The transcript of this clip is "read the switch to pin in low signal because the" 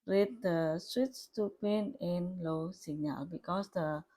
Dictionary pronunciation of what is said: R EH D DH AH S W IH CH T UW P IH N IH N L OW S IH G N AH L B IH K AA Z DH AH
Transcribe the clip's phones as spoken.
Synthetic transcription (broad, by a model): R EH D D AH S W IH S T UW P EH N IH N L OW S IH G N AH L B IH K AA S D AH